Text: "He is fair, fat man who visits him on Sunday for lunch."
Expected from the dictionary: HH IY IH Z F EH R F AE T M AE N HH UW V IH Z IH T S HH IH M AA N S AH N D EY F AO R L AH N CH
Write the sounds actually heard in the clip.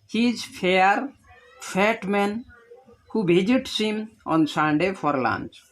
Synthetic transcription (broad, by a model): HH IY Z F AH R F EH T M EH N HH UW B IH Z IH T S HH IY M AA N S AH N D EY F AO R L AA N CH